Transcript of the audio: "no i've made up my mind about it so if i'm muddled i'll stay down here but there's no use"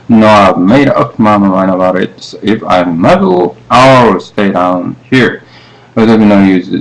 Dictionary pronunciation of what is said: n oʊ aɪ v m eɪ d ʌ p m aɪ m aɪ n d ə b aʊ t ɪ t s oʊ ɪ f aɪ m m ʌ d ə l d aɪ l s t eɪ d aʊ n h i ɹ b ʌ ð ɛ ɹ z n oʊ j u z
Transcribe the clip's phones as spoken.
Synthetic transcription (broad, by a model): n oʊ aɪ v m eɪ d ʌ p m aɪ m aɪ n ə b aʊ t ɪ t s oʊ ɪ f aɪ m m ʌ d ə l aɪ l s t eɪ d aʊ n h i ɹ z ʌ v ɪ n oʊ j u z